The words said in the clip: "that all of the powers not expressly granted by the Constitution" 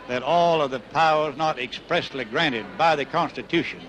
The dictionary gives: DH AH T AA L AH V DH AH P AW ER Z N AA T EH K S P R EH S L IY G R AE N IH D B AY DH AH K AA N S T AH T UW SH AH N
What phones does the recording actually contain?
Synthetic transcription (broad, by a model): DH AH T AA L AH V DH AH P AW ER Z N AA T EH K S P R EH S L IY G R AE N IH D B AY DH AH K AA N S T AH T UW SH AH N